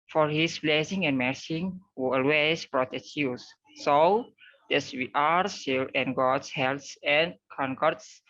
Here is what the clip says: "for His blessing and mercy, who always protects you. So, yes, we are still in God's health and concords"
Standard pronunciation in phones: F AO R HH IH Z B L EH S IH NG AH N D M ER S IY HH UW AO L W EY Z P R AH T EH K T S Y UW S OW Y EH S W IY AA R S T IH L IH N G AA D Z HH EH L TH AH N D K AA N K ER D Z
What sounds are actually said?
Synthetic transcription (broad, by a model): F AO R HH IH S B L EH S IH NG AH N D M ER S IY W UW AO L W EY S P R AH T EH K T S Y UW S OW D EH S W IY AA R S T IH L IH N G AA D S HH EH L S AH N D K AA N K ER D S